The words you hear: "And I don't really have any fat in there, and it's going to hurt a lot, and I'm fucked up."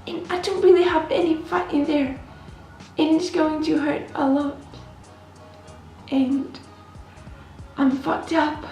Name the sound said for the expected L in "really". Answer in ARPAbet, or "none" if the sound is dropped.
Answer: L